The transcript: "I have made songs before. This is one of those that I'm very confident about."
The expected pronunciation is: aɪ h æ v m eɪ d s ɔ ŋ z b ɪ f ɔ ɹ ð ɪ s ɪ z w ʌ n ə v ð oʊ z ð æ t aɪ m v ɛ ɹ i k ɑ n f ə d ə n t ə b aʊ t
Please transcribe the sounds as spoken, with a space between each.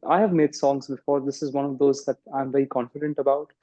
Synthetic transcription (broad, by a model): aɪ h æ v m eɪ d s ɔ ŋ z b ɪ f ɔ ɹ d ɪ s ɪ z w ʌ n ə v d oʊ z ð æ t aɪ m v ɛ ɹ i k ɑ n f ə d ə n t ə b aʊ t